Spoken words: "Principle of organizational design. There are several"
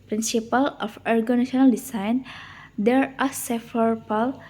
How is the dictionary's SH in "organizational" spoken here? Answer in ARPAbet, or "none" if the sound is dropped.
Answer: none